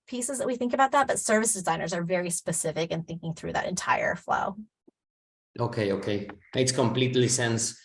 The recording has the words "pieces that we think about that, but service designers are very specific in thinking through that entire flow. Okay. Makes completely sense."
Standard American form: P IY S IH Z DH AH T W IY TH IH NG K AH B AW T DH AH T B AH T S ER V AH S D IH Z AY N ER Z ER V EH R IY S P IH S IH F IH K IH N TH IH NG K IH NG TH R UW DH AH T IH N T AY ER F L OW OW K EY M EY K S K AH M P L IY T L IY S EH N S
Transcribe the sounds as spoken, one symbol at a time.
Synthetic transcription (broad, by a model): P IY S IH Z DH AH T W IY TH IH NG K AH B AW T DH AH T B AH T S ER V AH S D IH Z AY N ER Z ER V EH R IY S P IH S IH F IH K IH N TH IH NG K IH NG TH R UW DH AH T IH N T AY ER F L OW OW K EY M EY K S K AH M P L IY T L IY S EH N S